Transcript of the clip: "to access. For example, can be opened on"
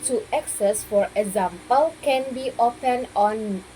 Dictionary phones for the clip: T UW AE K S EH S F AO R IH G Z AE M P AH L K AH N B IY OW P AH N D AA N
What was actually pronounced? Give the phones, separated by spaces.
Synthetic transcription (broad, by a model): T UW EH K S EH S F AO R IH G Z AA M P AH L K AH N B IY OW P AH N AA N